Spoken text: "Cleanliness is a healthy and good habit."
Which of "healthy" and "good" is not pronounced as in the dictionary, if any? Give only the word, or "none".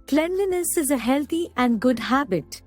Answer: healthy